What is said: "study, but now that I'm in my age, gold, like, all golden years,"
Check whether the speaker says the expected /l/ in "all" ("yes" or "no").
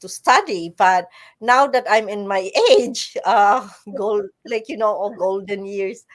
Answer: no